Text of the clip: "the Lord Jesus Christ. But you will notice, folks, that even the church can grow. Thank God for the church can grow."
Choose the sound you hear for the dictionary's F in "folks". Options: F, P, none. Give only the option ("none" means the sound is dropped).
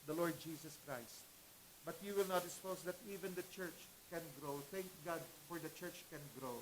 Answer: P